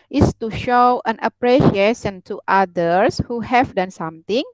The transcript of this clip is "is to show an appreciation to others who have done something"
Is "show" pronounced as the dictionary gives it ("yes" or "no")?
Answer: yes